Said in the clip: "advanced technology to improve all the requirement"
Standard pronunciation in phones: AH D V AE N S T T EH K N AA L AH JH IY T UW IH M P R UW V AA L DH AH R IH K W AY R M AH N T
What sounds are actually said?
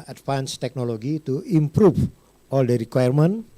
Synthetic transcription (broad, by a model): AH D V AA N S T T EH K N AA L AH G IY T UW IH M P R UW F AA L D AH R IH K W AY R M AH N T